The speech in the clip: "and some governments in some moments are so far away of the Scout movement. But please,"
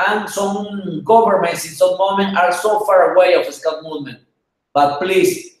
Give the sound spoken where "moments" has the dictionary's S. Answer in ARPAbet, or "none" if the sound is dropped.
none